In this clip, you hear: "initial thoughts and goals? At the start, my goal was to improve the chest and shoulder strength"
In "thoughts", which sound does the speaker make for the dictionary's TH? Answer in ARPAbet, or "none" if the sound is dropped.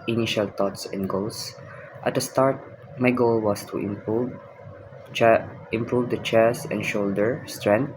T